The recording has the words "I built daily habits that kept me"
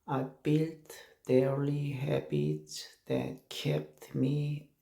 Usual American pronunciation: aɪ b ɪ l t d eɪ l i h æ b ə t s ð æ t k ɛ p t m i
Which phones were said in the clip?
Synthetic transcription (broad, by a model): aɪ b ɪ l t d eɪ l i h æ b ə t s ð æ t k ɛ p t m i